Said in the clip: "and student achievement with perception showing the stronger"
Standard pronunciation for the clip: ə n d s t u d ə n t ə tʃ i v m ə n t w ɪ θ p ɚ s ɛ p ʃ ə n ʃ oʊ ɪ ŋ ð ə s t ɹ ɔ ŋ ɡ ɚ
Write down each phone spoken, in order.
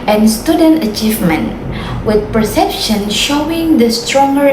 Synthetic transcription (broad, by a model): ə n s t u d ə n t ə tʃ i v m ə n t w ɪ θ p ɚ s ɛ p ʃ ə n ʃ oʊ ɪ ŋ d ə s t ɹ ɔ ŋ ɡ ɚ